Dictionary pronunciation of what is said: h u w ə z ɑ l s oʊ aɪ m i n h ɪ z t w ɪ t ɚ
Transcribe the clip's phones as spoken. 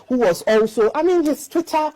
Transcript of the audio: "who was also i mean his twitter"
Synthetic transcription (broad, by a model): h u w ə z ɑ l s oʊ aɪ m i n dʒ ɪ s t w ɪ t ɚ